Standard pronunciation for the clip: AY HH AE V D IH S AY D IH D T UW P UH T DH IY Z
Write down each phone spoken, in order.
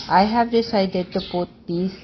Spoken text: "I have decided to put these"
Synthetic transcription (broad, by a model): AY HH AE V D IH S AY D IH D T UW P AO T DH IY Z